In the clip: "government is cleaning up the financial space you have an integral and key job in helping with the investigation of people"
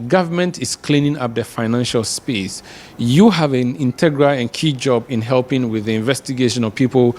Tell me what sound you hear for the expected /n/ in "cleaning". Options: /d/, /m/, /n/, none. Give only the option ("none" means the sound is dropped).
/n/